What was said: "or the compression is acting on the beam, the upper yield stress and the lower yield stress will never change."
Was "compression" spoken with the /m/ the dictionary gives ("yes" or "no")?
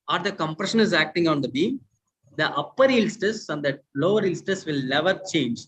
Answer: yes